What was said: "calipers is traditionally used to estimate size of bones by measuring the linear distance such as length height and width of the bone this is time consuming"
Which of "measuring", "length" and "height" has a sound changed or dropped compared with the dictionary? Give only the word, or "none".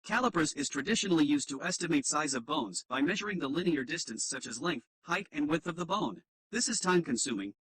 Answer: none